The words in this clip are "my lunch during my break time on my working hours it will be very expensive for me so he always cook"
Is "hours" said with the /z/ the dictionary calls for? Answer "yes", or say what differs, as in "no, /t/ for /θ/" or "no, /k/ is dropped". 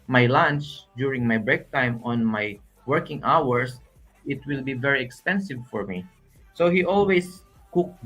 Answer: no, /s/ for /z/